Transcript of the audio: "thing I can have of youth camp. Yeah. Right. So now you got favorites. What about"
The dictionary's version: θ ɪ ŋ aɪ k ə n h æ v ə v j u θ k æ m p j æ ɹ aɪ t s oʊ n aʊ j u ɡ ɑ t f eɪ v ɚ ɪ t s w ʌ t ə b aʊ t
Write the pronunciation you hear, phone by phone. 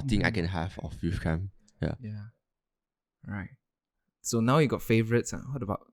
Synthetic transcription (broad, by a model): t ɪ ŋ aɪ k ə n h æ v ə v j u f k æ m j j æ ɹ aɪ t s oʊ n aʊ j u ɡ ɑ t f eɪ v ɚ ɪ t s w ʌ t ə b aʊ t